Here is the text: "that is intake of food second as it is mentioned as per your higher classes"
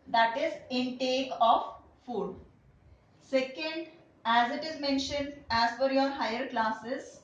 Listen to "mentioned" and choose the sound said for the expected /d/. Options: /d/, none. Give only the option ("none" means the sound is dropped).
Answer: /d/